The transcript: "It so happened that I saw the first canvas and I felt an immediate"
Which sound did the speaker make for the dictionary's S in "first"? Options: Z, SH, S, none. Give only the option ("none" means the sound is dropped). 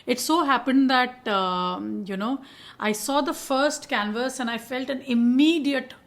S